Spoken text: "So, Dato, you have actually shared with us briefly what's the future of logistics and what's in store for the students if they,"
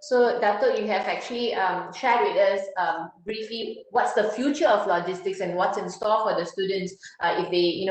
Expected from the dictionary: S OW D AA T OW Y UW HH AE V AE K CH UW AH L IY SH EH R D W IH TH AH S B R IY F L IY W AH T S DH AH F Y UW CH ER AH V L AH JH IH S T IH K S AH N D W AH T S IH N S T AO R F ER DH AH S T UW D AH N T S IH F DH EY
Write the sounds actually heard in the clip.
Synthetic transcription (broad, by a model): S OW D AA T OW Y UW HH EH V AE K CH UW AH L IY SH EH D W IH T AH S B R IY F L IY W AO T S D AH F Y UW CH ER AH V L AH JH IH S T IH K S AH N W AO T S IH N S T AO L F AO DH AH S T UW D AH N T S IH F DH EY